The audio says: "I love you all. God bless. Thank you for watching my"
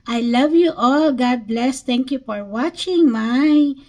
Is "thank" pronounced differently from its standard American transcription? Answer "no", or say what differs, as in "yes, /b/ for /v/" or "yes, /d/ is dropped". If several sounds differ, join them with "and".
yes, /t/ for /θ/